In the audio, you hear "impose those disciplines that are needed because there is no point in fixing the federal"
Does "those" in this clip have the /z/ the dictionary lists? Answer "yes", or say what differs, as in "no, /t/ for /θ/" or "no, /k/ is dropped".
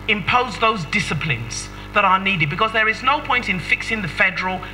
yes